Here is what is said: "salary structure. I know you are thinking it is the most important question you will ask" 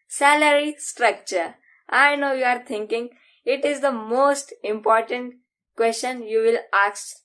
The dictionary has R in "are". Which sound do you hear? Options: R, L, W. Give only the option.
R